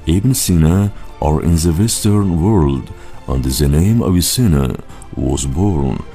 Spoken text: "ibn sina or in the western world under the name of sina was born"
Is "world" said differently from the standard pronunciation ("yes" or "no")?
no